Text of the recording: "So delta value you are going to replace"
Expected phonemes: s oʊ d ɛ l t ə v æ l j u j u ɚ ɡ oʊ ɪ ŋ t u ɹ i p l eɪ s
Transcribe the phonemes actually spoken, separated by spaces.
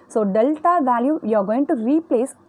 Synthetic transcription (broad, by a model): s oʊ d ɛ l t ə v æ l j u j u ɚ ɡ oʊ ɪ ŋ t u ɹ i p l eɪ s